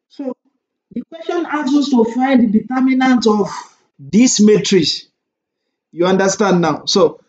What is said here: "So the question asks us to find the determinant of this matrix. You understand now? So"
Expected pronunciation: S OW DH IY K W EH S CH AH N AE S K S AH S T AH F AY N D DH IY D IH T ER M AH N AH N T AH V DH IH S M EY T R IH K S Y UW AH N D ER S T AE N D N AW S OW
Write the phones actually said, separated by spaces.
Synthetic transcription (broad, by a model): S OW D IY K W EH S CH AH N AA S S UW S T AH F AY N D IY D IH T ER M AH N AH N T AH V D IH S M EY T R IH S Y UW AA N D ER S T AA N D N AW S OW